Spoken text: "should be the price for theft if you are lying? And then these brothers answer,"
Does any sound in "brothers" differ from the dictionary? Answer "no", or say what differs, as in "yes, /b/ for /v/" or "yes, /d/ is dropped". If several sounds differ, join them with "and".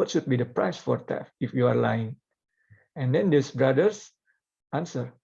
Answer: yes, /s/ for /z/